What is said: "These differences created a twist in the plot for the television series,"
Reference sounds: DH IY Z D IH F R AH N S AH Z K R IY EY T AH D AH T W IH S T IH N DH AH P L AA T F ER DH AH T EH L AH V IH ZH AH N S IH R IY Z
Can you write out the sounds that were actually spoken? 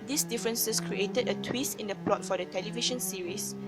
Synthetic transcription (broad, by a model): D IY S D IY F R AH N S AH S K R IY EY T AH D AH T W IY S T IH N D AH P L AA T F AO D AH T EH L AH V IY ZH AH N S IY R IY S